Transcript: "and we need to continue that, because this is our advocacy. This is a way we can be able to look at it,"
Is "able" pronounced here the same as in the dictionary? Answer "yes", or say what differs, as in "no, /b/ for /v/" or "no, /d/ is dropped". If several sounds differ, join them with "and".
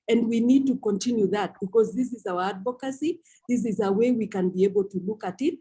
yes